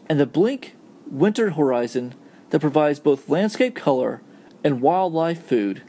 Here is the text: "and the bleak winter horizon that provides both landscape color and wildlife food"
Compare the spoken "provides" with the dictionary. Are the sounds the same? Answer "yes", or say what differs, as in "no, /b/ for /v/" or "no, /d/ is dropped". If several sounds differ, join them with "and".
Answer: yes